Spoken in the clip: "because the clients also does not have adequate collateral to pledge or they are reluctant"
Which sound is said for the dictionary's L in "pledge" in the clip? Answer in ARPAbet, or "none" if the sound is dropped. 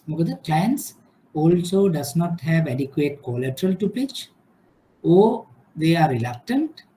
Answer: none